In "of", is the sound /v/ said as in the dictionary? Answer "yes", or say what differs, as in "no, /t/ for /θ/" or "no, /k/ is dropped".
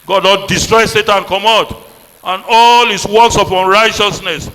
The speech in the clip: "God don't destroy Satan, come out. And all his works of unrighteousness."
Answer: no, /p/ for /v/